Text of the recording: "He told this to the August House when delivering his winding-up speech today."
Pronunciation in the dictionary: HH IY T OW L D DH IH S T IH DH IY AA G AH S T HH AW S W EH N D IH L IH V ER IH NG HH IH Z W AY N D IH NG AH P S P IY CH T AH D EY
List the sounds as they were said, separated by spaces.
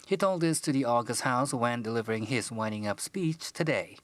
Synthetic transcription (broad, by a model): HH IY T OW L D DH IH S T IH DH IY AA G AH S T HH AW S W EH N D IH L IH V ER IH NG IH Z W AY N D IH NG AH P S P IY CH T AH D EY